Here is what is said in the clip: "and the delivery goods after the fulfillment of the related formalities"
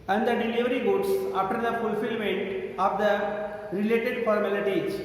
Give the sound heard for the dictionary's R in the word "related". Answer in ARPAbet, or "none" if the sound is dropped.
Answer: R